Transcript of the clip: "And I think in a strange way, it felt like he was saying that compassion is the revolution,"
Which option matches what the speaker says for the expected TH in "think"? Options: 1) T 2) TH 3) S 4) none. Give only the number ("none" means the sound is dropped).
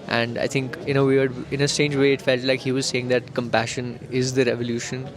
1